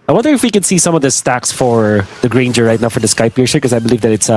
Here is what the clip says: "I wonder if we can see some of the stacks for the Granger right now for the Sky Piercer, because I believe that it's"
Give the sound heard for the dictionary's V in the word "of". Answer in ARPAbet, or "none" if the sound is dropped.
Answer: V